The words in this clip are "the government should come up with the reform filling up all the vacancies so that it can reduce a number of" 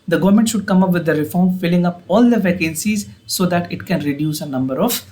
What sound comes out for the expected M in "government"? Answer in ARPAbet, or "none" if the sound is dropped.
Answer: M